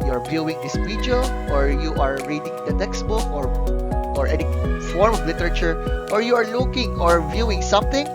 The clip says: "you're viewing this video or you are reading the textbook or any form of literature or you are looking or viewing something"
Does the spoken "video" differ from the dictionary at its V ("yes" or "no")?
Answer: yes